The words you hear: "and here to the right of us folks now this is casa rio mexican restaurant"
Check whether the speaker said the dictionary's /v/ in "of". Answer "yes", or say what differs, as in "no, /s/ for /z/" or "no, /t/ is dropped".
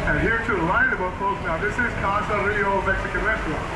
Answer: no, /b/ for /v/